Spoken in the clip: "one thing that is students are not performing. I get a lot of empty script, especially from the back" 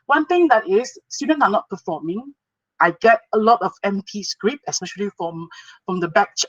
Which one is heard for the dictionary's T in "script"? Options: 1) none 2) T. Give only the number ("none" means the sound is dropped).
1